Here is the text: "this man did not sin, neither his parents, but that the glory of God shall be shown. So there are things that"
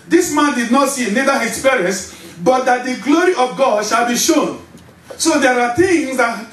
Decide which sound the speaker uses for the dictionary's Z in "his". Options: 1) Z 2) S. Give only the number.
2